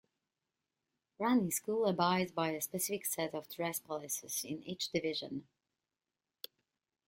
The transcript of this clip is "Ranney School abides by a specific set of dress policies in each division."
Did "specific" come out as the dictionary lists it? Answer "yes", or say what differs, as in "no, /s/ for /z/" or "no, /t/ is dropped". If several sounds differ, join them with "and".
yes